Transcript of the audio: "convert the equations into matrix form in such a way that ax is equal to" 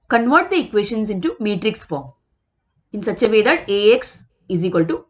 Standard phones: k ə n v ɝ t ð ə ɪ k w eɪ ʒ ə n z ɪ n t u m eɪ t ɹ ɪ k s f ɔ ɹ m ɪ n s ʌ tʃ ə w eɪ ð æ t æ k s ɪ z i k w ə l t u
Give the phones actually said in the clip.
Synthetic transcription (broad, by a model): k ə n v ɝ t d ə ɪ k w eɪ ʃ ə n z ɪ n t u m eɪ t ɹ ɪ k s f ɔ ɹ m ɪ n s ʌ tʃ ə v eɪ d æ t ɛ k s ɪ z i k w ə l t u